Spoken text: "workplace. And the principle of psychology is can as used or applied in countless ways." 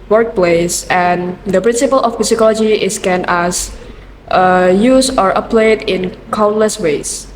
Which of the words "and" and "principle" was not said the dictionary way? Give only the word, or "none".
none